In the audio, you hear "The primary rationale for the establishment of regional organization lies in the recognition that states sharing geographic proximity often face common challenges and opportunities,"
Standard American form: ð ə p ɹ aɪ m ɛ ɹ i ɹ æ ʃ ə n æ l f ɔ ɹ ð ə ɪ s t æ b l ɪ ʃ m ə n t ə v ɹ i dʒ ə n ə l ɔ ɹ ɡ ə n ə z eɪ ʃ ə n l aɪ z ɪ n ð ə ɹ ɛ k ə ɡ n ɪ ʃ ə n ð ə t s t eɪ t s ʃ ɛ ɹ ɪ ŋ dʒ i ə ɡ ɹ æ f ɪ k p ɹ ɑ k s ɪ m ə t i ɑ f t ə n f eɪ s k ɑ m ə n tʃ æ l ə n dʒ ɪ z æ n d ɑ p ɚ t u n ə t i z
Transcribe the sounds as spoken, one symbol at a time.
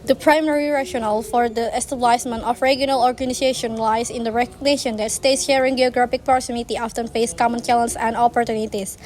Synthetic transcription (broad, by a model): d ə p ɹ aɪ m ɛ ɹ i ɹ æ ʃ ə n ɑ l f ɔ ɹ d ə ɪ s t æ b l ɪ s m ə n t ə f ɹ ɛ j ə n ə l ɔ ɹ ɡ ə n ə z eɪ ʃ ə n l aɪ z ɪ n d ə ɹ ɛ k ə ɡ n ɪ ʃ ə n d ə t s t eɪ t s ʃ ɛ ɹ ɪ ŋ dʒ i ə ɡ ɹ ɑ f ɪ k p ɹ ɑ s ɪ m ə t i ɑ f t ə n f eɪ s k ɑ m ə n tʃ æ l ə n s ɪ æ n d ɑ p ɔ t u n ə t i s